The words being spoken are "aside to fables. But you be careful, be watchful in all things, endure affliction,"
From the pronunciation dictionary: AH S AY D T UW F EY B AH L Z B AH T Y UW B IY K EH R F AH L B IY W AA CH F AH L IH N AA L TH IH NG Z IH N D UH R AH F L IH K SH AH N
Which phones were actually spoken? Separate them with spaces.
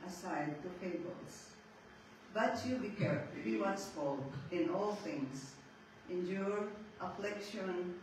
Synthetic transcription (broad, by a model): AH S AY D T UW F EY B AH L S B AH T Y UW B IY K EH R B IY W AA S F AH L IH N AA L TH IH NG S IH N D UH R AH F L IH K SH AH N